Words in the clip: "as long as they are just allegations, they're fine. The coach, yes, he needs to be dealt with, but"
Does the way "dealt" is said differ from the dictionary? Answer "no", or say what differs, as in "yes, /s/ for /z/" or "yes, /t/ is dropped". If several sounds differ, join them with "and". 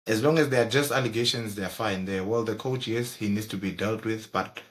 no